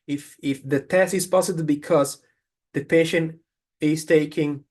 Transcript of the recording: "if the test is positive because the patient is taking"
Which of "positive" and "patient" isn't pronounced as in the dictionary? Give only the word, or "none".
positive